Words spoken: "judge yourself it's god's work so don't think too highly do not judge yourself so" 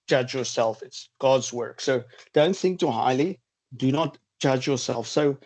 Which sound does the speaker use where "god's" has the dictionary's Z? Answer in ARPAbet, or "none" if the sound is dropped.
Z